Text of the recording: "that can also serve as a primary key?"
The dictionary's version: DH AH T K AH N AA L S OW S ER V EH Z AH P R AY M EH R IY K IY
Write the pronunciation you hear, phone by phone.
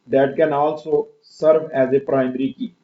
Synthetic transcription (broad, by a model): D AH T K AH N AA L S OW S ER V EH Z AH P R AY M R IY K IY